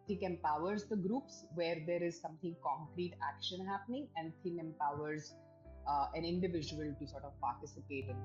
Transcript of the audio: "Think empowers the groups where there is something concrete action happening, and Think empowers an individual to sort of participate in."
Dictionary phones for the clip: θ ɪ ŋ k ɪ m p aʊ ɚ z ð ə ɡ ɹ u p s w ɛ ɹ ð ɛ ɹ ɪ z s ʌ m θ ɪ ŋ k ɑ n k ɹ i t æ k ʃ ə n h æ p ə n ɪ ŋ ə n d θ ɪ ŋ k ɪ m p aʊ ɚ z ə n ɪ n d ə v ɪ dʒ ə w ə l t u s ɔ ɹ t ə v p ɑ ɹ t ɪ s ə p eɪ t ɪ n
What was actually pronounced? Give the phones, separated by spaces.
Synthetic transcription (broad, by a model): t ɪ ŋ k ɪ m p aʊ ɚ z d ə ɡ ɹ u p s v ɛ ɹ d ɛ ɹ ɪ z s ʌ m t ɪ ŋ k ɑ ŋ k ɹ i t æ k ʃ ə n h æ p ə n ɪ ŋ ə n d t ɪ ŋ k ɪ m p aʊ ɚ z ə n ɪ n d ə v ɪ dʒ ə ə l t u s ɔ ɹ t ə v p ɑ ɹ t ɪ s ə p eɪ t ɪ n